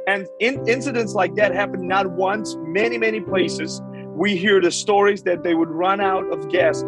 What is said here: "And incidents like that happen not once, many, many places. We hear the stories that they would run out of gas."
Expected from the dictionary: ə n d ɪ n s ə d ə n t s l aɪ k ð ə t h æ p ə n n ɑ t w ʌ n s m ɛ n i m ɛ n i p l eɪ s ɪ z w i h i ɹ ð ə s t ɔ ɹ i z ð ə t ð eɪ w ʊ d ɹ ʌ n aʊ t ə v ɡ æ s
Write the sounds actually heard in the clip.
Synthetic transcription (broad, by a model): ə n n ɪ n s ə d ə n t s l aɪ k ð ə t h æ p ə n n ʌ t w ʌ n s m ɛ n i m ɛ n i p l eɪ s ɪ z w i h i ɹ ð ə s t ɔ ɹ i z ð ə t ð eɪ w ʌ d ɹ ʌ n aʊ t ə v ɡ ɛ s